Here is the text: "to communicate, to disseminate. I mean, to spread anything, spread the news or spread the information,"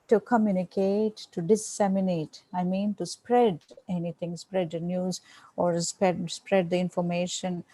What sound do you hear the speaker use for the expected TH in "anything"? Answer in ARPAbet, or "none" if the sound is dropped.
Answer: T